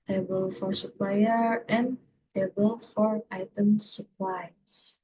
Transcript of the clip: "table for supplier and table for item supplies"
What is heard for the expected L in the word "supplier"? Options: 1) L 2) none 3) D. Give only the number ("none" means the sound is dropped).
1